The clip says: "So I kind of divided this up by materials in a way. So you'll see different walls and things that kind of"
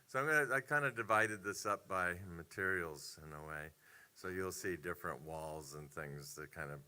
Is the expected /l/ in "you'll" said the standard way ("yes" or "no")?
yes